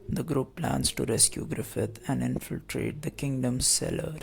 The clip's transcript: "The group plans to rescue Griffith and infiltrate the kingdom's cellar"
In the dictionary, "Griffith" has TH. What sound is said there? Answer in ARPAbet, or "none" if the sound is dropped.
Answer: T